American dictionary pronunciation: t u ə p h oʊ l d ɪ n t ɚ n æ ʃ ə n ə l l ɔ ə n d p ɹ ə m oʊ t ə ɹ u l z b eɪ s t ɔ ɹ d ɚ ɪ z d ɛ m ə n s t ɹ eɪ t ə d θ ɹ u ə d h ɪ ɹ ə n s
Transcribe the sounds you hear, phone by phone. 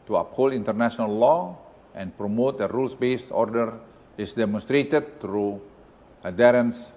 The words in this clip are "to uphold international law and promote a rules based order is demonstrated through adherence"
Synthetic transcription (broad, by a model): t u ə p h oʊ l ɪ n t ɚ n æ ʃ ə n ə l l ɔ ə n p ɹ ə m oʊ t ə ɹ u l s b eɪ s ɔ ɹ d ɚ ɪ s d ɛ m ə n s t ɹ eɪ t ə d t ɹ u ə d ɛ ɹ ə n s